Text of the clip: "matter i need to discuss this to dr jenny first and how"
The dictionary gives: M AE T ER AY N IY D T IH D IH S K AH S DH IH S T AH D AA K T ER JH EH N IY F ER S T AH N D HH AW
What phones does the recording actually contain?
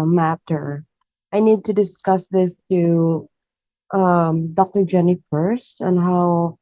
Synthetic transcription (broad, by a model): M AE T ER AY N IY D T IH D IH S K AH S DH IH S T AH D AA K T ER JH EH N IY F ER S T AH N HH AW